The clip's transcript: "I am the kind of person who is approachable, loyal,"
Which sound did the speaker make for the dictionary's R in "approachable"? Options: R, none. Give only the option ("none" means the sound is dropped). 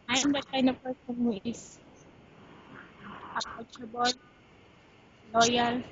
none